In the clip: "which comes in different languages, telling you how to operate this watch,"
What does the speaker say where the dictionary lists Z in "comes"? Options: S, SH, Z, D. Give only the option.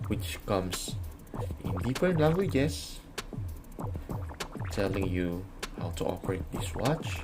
S